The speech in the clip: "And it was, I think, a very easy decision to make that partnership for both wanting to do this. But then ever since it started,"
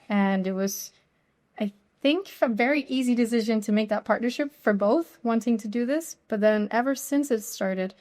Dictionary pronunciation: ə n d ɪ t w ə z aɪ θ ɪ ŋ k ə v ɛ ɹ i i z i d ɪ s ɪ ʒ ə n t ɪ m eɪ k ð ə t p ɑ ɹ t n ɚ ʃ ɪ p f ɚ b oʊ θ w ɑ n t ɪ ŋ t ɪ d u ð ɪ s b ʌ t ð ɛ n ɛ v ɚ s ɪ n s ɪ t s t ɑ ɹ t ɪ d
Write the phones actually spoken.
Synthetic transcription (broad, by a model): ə n ɪ t w ə z aɪ θ ɪ ŋ k ə v ɛ ɹ i i z i d ɪ s ɪ ʒ ə n t ɪ m eɪ k ð ə t p ɑ ɹ t n ɚ ʃ ɪ p f ɚ b oʊ θ w ɑ n t ɪ ŋ t ɪ d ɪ ð ɪ s b ʌ t ð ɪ n ɛ v ɚ s ɪ n s ɪ t s t ɑ ɹ t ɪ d